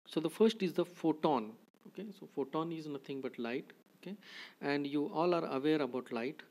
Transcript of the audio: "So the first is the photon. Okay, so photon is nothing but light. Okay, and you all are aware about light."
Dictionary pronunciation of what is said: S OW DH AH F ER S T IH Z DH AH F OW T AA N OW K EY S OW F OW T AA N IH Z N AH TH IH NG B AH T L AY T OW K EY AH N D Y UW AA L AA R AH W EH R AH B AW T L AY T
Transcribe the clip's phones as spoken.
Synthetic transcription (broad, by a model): S OW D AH F ER S T IH Z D AH F OW T AA N OW K EY S OW F OW T AA N IH Z N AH T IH NG B AH T L AY T OW K EY AH N D Y UW AA L AA R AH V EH R AH B AW T L AY T